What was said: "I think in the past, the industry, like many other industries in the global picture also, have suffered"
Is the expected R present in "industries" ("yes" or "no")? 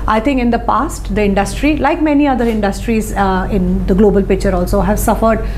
yes